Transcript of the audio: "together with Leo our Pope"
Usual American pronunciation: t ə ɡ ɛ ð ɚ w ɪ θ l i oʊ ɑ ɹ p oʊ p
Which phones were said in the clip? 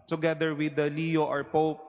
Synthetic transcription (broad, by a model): t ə ɡ ɛ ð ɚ w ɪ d l i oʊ ɑ ɹ p oʊ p